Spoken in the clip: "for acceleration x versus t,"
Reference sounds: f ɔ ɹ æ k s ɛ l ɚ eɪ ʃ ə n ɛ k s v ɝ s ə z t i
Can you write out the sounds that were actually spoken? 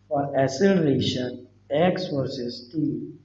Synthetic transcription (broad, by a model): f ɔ ɹ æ s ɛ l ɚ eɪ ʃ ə n ɛ k s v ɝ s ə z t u